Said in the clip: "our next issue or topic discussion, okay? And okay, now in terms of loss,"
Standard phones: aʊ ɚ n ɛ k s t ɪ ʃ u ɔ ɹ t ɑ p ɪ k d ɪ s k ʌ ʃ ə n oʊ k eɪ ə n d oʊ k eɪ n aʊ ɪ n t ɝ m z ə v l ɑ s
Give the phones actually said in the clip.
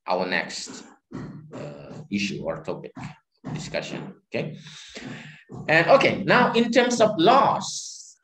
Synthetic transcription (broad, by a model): aʊ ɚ n ɛ k s t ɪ ʃ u ɔ ɹ t ɑ p ɪ k d ɪ s k ʌ ʃ ə n oʊ k eɪ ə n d oʊ k eɪ n aʊ ɪ n t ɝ m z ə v l ɑ s